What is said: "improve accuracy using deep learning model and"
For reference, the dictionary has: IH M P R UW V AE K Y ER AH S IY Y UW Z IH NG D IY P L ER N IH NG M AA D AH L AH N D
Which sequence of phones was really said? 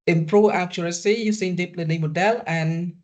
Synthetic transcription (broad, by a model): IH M P R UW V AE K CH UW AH S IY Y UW S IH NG D IY P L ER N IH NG M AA D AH L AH N